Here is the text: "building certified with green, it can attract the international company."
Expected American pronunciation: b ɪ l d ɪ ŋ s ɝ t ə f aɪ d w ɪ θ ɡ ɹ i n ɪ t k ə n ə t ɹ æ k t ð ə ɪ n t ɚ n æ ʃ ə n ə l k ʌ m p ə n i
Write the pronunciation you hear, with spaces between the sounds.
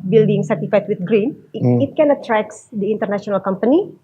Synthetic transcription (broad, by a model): b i l d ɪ ŋ s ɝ t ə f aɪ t w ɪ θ ɡ ɹ i n ɪ t k ə n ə t ɹ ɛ k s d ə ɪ n t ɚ n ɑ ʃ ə n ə l k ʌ m p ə n i